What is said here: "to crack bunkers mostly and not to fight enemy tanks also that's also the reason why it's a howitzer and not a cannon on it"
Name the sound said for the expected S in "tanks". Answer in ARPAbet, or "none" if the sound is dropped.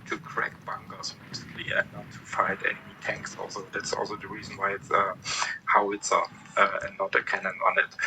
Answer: S